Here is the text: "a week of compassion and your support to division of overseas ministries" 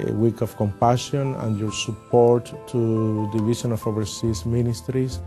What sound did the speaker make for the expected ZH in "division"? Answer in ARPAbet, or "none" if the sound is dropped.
SH